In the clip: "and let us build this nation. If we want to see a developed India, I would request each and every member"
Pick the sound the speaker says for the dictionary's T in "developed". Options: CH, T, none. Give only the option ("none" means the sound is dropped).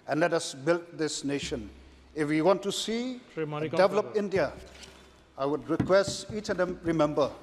none